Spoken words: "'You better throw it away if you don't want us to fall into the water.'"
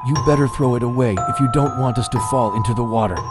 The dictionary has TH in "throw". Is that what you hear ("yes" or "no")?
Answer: yes